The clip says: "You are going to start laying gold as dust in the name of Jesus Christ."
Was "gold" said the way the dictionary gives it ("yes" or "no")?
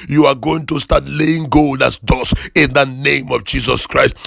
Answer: yes